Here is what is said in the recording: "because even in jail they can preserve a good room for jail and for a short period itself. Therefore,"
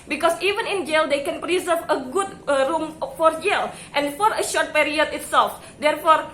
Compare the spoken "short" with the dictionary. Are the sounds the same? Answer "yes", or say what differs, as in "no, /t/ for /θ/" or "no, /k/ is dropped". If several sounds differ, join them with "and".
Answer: yes